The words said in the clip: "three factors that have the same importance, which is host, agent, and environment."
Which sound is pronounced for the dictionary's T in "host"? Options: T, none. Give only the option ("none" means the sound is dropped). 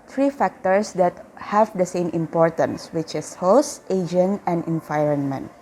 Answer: T